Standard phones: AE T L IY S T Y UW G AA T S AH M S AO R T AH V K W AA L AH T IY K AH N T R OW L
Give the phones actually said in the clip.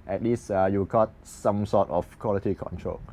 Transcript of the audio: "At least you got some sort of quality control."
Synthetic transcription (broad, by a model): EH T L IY S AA Y UW G AA T S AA M S AO T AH F K W AA L AH T IY K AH N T R OW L